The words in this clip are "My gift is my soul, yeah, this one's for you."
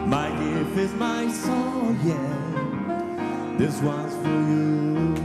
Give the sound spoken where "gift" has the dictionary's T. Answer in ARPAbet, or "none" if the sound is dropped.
none